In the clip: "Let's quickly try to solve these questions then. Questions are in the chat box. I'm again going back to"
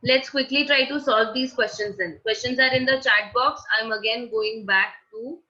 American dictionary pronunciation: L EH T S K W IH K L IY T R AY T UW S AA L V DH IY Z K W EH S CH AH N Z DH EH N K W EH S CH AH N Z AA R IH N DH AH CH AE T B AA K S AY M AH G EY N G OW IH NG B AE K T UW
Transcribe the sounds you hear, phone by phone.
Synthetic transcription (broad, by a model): L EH T S K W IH K L IY T R AY T UW S AA L V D IY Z K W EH S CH AH N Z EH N K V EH S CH AH N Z AA R IH N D AH CH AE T B AA K S AY M AH G EY N G OW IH NG B AE K T UW